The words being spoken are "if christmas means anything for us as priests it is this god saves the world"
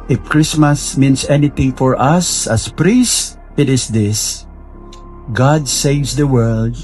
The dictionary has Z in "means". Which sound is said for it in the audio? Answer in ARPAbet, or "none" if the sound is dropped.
S